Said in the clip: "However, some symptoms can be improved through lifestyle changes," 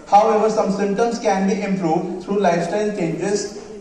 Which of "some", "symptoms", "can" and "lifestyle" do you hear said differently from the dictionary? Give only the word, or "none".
symptoms